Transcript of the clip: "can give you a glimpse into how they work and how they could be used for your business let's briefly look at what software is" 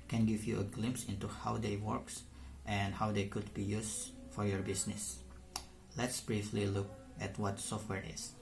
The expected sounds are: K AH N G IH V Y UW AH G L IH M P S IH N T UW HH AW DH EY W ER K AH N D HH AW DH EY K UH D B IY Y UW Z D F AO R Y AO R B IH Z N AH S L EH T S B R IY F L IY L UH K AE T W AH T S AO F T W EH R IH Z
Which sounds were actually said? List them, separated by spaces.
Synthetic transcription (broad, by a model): K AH N G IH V Y UW AH G L IH M P S IH N T UW HH AW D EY W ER K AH N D HH AW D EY K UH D B IY Y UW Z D F AO R Y AO R B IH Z N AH S L EH T S B R IY F L IY L UH K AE T W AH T S AO F T W EH R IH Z